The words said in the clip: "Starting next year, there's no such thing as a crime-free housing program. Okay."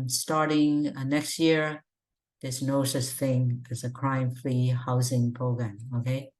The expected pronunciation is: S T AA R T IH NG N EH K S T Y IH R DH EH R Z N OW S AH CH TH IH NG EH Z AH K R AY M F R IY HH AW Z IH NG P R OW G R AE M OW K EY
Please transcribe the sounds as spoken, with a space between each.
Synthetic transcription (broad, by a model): S T AA R T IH NG N EH K S T Y IH R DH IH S N OW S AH S TH IH NG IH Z AH K R AY M F L IY HH AW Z IH NG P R OW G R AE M OW K EY